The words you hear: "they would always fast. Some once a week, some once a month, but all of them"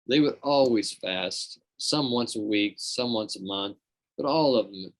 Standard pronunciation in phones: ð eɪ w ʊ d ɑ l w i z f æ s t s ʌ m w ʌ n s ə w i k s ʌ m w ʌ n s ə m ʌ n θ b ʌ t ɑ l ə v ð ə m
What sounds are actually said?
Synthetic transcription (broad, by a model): ð eɪ w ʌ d ɑ l w i z f æ s t s ʌ m w ʌ n s ə w i k s ʌ m w ʌ n s ə m ʌ n θ b ʌ t ɑ l ə v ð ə m